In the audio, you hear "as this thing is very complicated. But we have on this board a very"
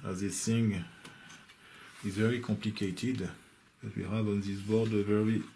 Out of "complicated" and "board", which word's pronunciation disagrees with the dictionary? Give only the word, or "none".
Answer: none